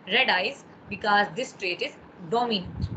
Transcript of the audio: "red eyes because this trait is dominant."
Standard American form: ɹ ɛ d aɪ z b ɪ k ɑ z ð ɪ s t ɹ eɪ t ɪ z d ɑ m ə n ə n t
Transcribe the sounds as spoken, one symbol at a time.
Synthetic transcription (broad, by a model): ɹ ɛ d aɪ z b ɪ k ɑ z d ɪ s t ɹ eɪ t ɪ z d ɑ m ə n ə n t